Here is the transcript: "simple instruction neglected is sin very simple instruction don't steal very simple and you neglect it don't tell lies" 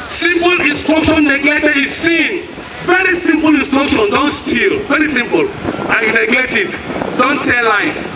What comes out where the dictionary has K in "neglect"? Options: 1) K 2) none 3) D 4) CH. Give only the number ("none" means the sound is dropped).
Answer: 2